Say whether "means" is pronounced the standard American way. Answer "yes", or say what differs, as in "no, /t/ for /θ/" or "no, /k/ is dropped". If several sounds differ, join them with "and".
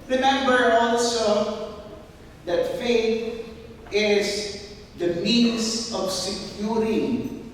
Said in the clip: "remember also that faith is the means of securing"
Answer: no, /s/ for /z/